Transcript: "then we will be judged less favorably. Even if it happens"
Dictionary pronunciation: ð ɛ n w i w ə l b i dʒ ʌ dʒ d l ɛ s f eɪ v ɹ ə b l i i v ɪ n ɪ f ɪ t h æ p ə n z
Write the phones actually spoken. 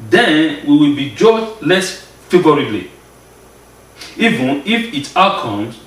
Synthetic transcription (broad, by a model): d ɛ n w i w ə l b i dʒ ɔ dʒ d l ɛ s f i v ɹ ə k l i i v ɪ n ɪ f ɪ t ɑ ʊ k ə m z